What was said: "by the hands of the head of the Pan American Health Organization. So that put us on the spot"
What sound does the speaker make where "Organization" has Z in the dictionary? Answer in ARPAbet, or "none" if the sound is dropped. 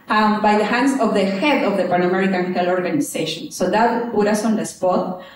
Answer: S